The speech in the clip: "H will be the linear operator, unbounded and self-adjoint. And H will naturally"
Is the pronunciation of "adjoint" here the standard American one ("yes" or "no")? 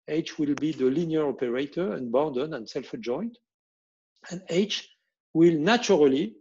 yes